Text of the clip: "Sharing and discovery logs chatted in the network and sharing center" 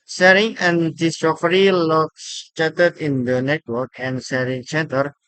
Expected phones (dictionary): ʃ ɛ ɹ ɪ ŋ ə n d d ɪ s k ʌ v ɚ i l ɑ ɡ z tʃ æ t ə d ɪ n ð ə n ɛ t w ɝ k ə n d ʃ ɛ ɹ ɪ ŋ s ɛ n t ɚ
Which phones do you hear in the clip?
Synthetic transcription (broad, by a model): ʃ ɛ ɹ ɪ ŋ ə n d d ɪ s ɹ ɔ f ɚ i l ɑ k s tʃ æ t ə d ɪ n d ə n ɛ t w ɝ k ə n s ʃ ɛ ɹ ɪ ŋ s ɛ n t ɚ